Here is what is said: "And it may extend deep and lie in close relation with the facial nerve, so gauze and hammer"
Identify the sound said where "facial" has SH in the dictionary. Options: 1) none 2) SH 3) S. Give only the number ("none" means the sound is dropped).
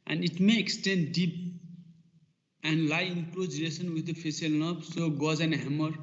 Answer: 3